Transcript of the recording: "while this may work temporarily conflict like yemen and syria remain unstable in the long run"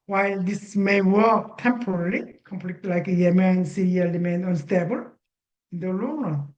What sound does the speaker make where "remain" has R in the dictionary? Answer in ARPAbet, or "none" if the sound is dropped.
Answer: L